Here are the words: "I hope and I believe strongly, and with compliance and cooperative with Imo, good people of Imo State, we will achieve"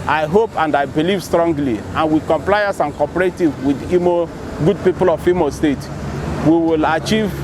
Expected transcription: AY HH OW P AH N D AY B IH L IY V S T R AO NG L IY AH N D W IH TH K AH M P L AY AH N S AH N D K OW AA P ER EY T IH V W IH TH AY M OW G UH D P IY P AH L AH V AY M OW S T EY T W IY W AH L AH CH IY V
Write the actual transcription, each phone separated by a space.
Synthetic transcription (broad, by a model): AY HH OW P AH N D AY B IH L IY V S T R AO NG L IY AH N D W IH K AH M P L AY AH S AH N K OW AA P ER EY T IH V W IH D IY M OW G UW D P IY P AH L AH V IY M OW S T EY T W IY W AH L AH CH IY V